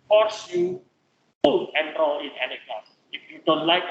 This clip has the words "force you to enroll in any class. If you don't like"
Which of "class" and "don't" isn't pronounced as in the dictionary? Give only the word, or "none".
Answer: class